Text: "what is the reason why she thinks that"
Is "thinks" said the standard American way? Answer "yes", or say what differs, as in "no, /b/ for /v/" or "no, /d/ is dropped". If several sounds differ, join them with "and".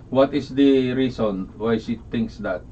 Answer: no, /t/ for /θ/